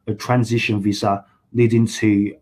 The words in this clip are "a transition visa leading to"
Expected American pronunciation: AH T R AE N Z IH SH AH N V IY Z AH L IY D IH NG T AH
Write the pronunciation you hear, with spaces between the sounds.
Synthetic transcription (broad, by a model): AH T R AE N Z IH SH AH N V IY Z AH L IY D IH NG T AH